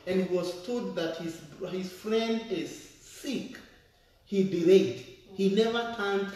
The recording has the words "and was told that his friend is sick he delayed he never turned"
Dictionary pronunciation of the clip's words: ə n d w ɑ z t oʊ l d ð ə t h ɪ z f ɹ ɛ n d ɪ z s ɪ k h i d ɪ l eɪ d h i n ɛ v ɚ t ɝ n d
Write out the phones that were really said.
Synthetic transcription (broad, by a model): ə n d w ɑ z t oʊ d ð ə t h ɪ z f ɹ ɛ n d ɪ z s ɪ k h i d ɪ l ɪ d h i n ɛ v ɚ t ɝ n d